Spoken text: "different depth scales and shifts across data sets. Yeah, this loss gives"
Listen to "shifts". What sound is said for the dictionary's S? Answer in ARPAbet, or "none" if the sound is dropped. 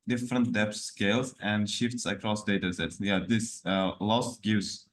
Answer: S